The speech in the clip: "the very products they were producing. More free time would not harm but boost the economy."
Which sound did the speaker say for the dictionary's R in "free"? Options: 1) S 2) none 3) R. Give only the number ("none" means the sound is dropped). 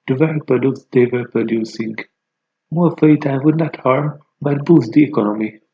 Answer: 2